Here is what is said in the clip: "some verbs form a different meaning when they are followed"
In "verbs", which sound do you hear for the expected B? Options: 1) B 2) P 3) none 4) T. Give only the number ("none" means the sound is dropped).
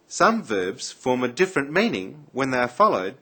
1